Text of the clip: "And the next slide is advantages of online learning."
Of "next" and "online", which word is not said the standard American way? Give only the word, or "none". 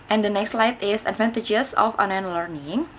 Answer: online